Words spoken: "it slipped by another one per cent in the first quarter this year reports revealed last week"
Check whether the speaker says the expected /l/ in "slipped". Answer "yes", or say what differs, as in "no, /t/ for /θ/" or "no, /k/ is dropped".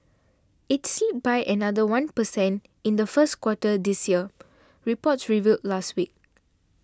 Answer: no, /l/ is dropped